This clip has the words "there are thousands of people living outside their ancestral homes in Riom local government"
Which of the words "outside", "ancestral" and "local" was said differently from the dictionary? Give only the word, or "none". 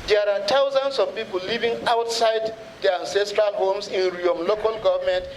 none